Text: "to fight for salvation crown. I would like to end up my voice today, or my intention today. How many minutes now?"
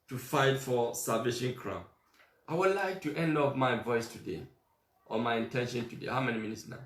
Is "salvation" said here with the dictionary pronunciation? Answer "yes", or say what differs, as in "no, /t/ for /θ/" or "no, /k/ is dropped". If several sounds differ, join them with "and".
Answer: no, /l/ is dropped